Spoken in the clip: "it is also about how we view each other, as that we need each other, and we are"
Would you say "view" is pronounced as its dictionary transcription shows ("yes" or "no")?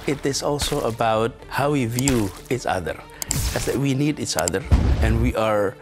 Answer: yes